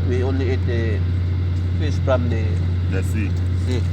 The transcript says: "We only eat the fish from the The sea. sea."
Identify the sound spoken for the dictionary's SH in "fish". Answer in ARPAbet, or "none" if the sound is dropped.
S